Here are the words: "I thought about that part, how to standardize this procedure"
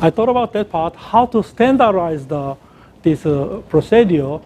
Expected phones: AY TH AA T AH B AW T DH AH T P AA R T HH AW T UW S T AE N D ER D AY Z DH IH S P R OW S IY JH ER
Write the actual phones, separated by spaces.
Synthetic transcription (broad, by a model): AY T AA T AH B AW T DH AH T P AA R T HH AW T UW S T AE N D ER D AY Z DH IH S P R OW S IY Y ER